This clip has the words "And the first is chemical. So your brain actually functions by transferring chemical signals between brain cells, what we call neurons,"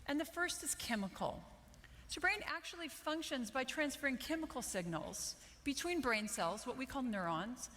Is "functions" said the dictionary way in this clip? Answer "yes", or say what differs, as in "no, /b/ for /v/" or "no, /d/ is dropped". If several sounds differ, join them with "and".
yes